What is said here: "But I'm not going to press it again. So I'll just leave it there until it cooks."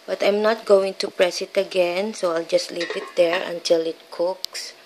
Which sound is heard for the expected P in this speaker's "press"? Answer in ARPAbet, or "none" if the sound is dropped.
P